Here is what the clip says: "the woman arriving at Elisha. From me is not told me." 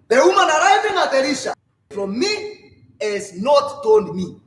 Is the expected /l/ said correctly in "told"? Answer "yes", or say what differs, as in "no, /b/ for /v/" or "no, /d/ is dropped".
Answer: no, /n/ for /l/